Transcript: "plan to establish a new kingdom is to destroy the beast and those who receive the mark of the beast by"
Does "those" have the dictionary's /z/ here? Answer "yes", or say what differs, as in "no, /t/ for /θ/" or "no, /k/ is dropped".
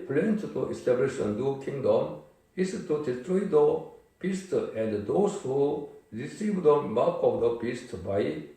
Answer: no, /s/ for /z/